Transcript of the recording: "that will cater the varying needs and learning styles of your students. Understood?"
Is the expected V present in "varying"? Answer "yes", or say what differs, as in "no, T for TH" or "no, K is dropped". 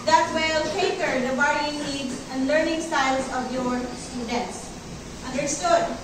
no, B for V